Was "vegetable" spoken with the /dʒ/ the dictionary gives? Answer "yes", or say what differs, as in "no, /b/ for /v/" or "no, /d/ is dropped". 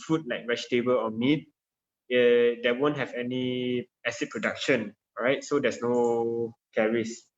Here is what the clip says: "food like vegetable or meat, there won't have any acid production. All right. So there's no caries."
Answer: no, /ʃ/ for /dʒ/